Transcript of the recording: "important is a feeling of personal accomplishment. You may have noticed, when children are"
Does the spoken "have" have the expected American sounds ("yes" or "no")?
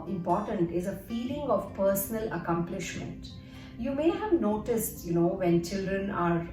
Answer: yes